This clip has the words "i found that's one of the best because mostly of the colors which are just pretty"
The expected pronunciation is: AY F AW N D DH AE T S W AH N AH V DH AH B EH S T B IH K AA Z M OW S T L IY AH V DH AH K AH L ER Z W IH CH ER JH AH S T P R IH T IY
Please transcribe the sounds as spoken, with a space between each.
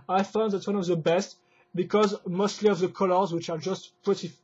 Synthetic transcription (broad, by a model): AY F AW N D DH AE T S W AH N AH V DH AH B EH S T B IH K AA Z M OW S T L IY AH V DH AH K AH L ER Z W IH CH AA JH AH S T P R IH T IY